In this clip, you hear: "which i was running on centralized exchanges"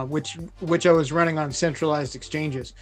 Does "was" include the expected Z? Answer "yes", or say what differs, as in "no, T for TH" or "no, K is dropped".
yes